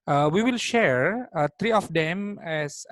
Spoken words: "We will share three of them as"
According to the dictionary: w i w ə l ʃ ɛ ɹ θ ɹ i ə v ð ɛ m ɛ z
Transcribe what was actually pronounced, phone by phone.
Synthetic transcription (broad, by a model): w i w ə l ʃ ɛ ɹ t ɹ i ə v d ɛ m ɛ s